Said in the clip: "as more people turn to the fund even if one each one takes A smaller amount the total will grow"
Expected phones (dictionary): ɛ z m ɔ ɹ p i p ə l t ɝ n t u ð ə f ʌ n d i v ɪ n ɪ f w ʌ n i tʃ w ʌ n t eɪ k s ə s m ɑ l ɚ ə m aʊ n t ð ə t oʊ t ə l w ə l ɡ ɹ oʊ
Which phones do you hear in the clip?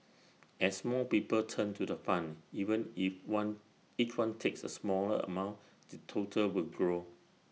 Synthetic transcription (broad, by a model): ɛ s m ɔ l p i p ə l t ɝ n t u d ə f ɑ n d i v ɪ n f w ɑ n i tʃ w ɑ n t eɪ k s ə s m ɑ l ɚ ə m aʊ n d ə t oʊ t ə l w ə l ɡ ɹ oʊ